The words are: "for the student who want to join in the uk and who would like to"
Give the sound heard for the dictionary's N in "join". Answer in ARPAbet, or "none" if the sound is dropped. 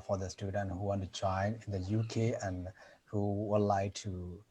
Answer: N